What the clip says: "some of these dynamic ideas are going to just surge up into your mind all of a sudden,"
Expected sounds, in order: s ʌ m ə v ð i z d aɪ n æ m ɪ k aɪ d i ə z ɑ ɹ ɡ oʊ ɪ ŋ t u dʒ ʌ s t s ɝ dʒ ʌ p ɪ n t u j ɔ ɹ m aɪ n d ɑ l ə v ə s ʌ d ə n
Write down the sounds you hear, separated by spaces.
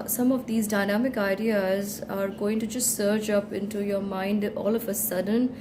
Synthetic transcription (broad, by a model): s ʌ m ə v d i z d aɪ n æ m ɪ k aɪ d i ə z ɑ ɹ ɡ oʊ ɪ ŋ t u dʒ ʌ s t s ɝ tʃ ʌ p ɪ n t u j ɔ ɹ m aɪ n d ɑ l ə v ə s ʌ d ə n